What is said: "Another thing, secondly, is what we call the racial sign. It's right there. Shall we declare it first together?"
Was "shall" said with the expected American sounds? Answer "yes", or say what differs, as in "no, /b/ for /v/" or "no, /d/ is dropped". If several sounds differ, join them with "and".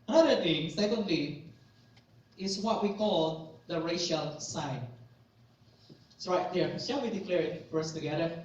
no, /n/ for /l/